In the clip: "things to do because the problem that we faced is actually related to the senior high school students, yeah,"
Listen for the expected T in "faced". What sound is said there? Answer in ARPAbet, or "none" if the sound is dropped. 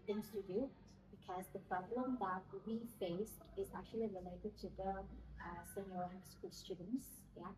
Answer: T